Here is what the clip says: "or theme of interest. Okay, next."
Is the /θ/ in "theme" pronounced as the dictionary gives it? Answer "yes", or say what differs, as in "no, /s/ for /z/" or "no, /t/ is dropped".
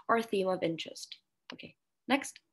yes